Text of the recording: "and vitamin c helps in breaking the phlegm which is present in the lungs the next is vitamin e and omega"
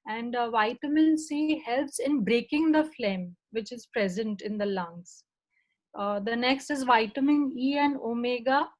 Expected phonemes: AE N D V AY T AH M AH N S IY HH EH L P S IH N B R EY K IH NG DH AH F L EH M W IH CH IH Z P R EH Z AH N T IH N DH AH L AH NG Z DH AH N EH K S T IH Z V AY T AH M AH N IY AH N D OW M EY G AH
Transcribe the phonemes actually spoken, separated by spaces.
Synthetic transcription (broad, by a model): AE N D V AY T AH M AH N S IY HH EH L P S IH N B R EY K IH NG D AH F L EH M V IH CH IH Z P R EH Z AH N T IH N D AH L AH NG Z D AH N EH K S T IH Z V AY T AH M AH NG IY AH N D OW M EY G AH